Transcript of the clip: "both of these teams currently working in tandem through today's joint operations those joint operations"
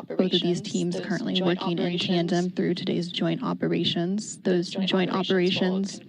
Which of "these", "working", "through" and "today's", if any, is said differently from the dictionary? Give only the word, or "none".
none